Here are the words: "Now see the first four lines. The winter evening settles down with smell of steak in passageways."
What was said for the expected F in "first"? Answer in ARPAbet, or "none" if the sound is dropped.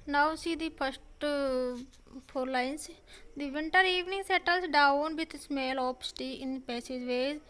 P